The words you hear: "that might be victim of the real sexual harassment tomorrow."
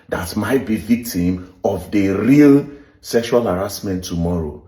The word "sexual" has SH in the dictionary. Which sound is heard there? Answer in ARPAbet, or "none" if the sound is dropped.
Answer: SH